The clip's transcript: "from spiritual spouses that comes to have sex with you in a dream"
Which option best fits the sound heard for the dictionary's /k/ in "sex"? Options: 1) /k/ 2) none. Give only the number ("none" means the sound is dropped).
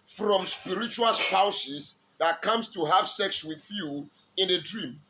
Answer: 1